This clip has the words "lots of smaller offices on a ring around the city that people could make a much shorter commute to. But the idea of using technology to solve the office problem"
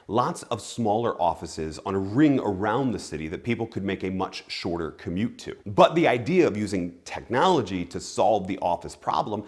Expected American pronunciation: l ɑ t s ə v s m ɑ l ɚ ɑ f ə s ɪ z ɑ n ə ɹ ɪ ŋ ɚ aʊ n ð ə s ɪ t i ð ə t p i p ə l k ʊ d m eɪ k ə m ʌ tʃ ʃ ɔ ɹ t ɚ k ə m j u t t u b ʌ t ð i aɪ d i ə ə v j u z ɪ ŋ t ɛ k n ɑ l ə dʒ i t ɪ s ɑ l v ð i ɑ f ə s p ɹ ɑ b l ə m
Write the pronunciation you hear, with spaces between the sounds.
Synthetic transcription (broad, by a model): l ɑ t s ə v s m ɑ l ɚ ɑ f ə s ɪ z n ə ɹ ɪ ŋ ɚ aʊ n ð ə s ɪ t i ð ə t p i p l k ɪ d m eɪ k ə m ʌ tʃ ʃ ɔ ɹ t ɚ k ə m j u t t u b ʌ t ð i aɪ d i ə ə v j u z ɪ ŋ t ɛ k n ɑ l ə dʒ i t ɪ s ɑ l v ð i ɑ f ə s p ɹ ɑ b l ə m